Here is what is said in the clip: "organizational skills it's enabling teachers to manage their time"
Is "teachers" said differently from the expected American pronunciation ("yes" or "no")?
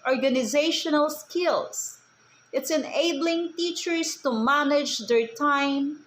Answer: yes